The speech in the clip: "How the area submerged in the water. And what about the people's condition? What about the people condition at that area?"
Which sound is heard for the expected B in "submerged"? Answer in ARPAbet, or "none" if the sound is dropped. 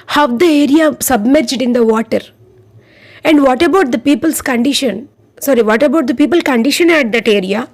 B